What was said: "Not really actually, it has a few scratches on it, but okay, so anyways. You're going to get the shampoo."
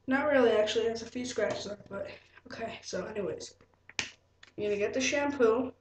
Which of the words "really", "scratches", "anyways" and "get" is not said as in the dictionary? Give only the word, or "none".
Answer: none